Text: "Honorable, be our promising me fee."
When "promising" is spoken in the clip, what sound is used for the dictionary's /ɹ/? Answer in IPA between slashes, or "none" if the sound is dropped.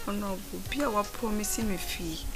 none